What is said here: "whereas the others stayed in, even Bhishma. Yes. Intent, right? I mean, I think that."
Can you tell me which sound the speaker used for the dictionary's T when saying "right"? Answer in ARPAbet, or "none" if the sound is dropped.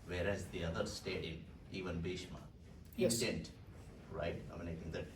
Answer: T